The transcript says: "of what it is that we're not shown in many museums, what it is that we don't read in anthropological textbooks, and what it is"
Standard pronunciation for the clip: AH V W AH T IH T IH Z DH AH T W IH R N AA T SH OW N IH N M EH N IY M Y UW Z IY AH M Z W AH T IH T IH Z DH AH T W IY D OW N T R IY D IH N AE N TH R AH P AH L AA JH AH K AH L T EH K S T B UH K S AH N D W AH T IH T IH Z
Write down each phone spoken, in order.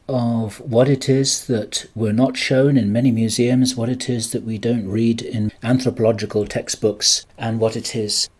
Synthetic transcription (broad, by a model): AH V W AH T IH T IH Z DH AH T W IH R N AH T SH OW N IH N M EH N IY M Y UW Z IY AH M Z W AH T IH T IH Z DH AH T W IY D OW N T R IY D IH N AE N TH R AH P AH L AA JH AH K AH L T EH K S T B UH K S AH N W AH T IH T IH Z